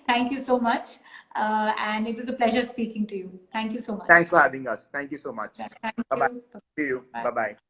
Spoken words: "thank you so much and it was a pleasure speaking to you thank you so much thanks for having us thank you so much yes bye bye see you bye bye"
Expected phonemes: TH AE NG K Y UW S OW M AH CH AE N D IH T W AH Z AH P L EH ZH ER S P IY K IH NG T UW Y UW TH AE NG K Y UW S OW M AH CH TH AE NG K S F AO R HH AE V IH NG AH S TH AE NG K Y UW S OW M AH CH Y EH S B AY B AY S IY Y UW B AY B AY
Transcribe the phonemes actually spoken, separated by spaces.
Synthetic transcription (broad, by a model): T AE NG K Y UW S OW M AH CH AE N D IH T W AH Z AH P L EH ZH ER S P IY K IH NG T UW Y UW T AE NG K Y UW S OW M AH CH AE NG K S F AO R HH AE V IH NG AH S T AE NG K Y UW S OW M AH CH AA B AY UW Y UW B AY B AY